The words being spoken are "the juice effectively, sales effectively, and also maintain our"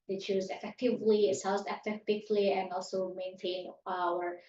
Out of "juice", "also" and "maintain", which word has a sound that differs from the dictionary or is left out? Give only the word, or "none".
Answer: juice